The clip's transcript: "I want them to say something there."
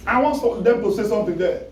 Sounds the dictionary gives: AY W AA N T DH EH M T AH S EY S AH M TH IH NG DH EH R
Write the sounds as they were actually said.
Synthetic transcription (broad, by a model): AY W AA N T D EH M T AH S EY S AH M T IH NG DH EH